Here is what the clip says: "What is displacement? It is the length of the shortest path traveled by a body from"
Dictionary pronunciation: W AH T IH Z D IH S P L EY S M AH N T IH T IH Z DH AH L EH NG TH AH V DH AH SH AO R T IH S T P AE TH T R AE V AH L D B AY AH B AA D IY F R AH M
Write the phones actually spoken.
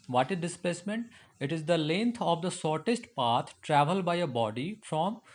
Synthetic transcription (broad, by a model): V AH T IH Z D IH S P L EY S M AH N T IH T IH Z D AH L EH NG T AH V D AH S AO R T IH S T P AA T T R AE V AH L D B AY AH B AA D IY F R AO M